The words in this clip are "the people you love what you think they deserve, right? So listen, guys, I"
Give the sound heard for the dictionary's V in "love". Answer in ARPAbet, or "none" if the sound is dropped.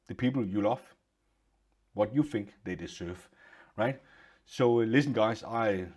F